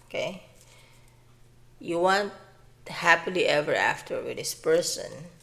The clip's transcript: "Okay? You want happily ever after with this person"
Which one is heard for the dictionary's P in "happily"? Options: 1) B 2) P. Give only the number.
2